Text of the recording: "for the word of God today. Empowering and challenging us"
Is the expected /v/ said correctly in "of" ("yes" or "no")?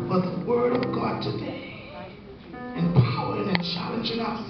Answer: yes